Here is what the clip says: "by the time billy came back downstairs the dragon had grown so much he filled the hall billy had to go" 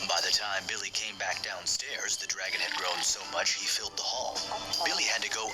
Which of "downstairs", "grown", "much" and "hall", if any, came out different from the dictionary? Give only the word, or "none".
none